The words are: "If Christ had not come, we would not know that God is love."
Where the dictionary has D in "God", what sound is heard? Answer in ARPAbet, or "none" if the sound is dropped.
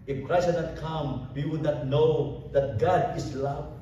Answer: D